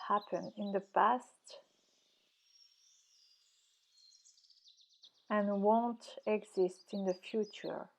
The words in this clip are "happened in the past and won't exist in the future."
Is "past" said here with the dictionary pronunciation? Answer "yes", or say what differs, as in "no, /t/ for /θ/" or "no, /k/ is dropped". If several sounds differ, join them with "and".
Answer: yes